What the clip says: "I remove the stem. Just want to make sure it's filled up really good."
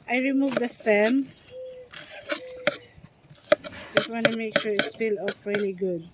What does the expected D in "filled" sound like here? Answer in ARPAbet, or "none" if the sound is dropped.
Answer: none